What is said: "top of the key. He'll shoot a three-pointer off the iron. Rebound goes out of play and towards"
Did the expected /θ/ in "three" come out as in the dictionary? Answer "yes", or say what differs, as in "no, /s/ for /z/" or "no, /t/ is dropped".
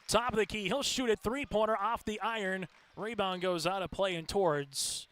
yes